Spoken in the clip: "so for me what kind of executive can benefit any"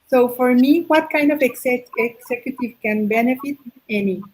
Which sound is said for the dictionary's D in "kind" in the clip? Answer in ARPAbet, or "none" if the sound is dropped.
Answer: D